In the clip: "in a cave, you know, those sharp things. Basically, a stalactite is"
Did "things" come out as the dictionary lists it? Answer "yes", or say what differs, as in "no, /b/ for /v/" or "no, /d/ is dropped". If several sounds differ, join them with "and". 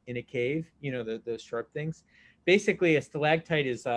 yes